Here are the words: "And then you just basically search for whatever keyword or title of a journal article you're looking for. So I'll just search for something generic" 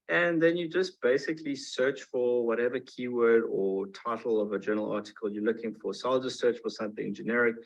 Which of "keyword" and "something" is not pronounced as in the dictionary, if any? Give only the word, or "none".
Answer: none